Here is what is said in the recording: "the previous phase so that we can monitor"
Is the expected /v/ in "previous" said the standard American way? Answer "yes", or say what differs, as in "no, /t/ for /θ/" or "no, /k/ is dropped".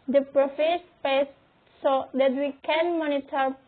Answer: no, /f/ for /v/